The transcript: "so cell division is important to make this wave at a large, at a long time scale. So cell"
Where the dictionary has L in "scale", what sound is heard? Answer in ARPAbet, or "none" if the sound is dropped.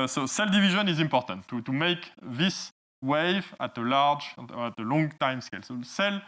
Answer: L